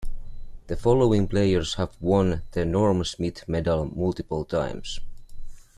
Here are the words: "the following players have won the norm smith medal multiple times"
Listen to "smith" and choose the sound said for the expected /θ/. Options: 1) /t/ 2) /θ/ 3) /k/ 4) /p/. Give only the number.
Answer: 1